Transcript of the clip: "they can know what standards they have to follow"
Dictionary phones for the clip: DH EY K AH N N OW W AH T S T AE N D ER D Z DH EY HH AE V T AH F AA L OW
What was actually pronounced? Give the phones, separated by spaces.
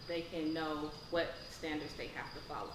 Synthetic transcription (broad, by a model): DH EY K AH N N OW W AH T S T AE N D ER D Z DH EY HH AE F T AH F AA L OW